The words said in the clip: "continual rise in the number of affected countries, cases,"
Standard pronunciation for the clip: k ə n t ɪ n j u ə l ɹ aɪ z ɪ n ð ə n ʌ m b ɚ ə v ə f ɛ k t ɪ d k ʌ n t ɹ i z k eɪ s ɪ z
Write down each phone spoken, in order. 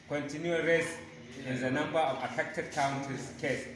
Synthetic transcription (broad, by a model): k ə n t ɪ n j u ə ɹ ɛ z ɪ n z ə n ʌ m b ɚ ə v ə f ɛ k t ɪ d k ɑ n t i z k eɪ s